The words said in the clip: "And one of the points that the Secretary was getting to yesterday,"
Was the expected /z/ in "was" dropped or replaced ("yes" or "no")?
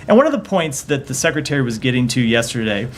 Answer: no